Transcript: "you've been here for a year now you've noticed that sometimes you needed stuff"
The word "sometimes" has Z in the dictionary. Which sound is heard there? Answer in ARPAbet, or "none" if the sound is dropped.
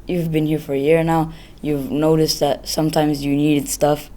Z